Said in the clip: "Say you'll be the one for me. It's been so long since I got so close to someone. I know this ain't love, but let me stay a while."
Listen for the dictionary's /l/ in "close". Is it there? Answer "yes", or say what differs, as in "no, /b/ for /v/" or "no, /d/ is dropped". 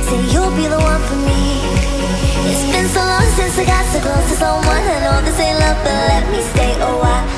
no, /l/ is dropped